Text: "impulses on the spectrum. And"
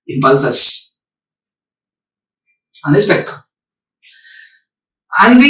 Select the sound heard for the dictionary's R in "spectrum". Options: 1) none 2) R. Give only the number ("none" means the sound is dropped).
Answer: 1